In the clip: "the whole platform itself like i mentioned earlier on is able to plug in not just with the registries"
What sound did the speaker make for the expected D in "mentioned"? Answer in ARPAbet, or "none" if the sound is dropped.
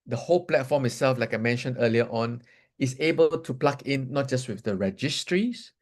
none